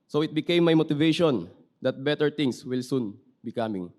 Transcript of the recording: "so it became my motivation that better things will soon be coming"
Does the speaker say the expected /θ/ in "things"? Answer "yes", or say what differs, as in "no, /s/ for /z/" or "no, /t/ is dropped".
no, /t/ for /θ/